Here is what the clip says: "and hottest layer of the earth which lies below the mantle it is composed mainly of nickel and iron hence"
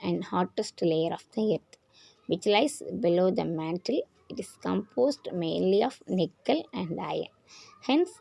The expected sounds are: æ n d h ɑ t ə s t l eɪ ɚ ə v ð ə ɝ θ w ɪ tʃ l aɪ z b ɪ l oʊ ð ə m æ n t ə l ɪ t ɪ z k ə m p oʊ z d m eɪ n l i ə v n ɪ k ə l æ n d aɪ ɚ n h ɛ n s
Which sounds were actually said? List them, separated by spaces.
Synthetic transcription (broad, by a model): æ n d h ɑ t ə s t l eɪ ɚ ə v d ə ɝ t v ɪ tʃ l aɪ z b ɪ l oʊ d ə m æ n t ə l ɪ t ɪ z k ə m p oʊ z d m eɪ n l i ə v n ɪ k ə l æ n d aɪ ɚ n h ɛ n s